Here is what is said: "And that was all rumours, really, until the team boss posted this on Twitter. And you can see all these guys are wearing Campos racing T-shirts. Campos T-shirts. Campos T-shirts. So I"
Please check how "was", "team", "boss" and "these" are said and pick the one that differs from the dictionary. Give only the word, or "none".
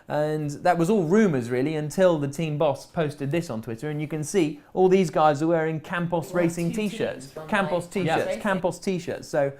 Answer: none